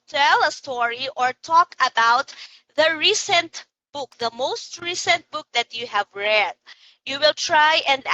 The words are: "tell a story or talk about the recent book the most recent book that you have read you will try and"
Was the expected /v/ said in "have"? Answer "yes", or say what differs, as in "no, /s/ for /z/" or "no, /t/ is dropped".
yes